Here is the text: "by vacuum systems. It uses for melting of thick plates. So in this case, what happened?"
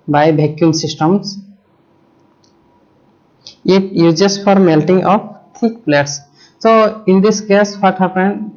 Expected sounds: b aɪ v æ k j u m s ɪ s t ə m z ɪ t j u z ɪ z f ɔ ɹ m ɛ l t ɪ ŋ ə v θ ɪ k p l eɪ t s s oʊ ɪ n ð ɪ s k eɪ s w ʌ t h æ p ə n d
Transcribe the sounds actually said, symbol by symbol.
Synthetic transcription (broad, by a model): b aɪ b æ k j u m s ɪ s t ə m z ɪ t j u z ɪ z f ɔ ɹ m ɛ l t ɪ ŋ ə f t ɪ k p l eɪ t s s oʊ ɪ n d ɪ s k eɪ s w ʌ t h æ p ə n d